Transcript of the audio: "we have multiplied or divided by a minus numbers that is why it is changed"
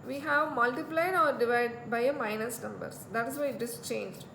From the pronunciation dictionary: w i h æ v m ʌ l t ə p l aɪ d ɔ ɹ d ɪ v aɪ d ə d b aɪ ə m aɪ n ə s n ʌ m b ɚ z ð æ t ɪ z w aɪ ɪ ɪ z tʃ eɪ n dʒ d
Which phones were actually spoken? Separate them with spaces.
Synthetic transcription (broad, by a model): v i h æ v m ʌ l t ə p l aɪ d ɔ ɹ d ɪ v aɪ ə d b aɪ ə m aɪ n ə s n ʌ m b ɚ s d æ t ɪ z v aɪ ɪ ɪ s tʃ eɪ n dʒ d